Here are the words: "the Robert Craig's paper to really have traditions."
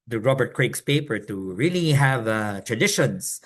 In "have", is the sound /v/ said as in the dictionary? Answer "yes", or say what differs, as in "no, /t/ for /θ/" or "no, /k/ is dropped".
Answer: yes